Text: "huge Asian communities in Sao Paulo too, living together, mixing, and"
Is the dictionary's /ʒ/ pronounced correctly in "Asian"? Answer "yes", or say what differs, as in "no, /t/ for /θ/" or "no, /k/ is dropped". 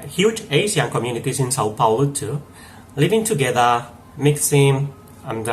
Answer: no, /s/ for /ʒ/